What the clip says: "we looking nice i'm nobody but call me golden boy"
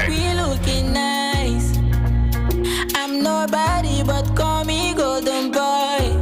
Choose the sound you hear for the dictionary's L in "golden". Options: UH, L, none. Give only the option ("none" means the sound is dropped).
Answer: none